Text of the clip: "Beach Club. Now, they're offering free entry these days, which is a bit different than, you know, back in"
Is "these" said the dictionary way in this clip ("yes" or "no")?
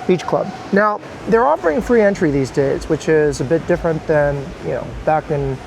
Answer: yes